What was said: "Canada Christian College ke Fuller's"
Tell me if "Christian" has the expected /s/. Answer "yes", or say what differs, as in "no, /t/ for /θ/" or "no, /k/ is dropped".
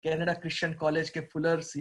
no, /ʃ/ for /s/